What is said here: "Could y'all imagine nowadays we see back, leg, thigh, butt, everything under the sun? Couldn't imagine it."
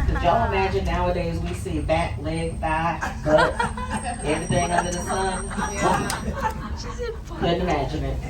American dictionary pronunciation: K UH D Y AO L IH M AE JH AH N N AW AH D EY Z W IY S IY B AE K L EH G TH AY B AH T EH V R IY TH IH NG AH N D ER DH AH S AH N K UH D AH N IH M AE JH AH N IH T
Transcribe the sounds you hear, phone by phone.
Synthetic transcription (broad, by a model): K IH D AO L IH M AE JH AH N N AW AH D EY Z W IY S IY B AE K L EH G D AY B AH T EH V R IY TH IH NG AH N D ER DH AH S AH N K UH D N IH M AE JH AH N IH T